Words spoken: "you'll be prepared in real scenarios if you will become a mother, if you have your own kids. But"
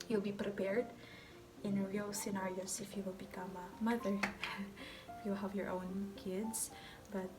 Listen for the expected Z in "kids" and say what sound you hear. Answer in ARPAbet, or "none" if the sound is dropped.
S